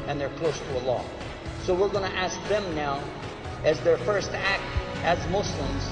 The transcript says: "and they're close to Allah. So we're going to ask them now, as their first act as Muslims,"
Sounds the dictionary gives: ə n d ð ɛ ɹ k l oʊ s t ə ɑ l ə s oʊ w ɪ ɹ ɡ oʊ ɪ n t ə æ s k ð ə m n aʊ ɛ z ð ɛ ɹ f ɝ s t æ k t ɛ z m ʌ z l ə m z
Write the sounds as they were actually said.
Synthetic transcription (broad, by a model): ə n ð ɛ ɹ k l oʊ s t ə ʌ l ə s oʊ w ɪ ɹ ɡ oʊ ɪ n t æ s k ð ə m n aʊ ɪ z ð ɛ ɹ f ɝ s t æ k t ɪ z m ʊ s l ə m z